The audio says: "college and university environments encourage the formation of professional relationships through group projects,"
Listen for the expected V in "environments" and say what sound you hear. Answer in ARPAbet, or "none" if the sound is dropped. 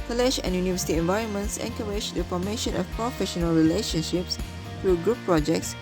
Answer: V